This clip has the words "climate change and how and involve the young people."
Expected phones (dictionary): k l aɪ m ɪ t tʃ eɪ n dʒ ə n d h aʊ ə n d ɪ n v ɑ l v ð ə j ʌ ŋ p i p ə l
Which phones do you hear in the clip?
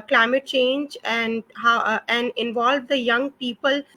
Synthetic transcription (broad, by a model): k l aɪ m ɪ t tʃ eɪ n dʒ ə n d h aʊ ə n d ɪ n v ɑ l v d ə j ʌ ŋ p i p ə l